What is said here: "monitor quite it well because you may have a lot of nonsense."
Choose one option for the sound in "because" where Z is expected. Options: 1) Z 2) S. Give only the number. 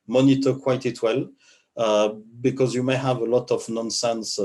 1